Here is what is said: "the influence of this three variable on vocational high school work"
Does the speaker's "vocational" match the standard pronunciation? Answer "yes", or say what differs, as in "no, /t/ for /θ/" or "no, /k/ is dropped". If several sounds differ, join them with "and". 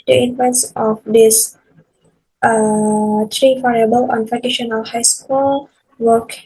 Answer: no, /f/ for /v/